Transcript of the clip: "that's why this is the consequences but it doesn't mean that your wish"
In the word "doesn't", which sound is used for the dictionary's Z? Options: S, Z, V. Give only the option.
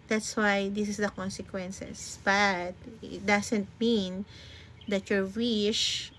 S